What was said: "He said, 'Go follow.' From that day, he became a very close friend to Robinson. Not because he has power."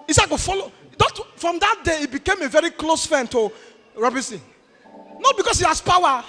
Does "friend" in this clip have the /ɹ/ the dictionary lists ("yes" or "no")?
no